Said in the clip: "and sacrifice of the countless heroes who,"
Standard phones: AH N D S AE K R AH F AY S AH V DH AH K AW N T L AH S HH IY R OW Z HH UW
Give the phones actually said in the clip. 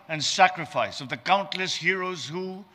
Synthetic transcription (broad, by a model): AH N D S AE K R AH F AY S AH V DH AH K AW N T L AH S HH IY R OW Z HH UW